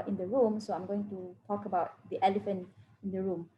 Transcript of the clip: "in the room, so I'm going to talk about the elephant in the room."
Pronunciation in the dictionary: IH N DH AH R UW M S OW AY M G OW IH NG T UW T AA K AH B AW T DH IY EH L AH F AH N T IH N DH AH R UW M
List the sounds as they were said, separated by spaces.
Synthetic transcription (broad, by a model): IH N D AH R UW M S OW AY M G OW IH NG T UW T AA K AH B AW T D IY EH L AH F AH N T IH N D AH R UW M